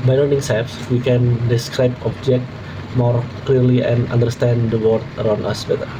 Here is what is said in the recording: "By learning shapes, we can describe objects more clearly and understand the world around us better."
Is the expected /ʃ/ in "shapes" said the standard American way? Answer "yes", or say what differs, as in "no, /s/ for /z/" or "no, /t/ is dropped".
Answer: no, /s/ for /ʃ/